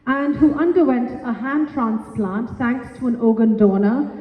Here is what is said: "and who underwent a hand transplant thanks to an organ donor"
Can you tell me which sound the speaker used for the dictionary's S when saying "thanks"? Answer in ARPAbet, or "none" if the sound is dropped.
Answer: none